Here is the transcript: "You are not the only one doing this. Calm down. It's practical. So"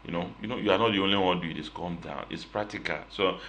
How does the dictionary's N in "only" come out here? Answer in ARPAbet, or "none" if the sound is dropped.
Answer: N